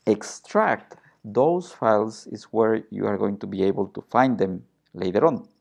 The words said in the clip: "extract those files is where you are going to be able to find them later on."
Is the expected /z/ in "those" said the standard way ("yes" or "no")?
no